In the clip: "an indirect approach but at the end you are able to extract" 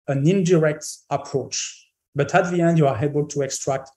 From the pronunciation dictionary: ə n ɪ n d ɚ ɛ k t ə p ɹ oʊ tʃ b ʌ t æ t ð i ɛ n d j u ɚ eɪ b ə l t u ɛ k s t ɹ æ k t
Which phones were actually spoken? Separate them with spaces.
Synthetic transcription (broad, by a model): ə n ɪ n d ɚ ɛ k t ə p ɹ oʊ tʃ b ʌ t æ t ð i ɛ n d j u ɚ eɪ b ə l t u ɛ k s t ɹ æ k t